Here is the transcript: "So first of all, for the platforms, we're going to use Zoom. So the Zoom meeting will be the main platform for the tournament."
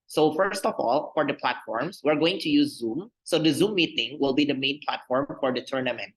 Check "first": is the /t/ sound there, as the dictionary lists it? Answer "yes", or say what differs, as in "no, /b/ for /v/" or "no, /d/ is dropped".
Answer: yes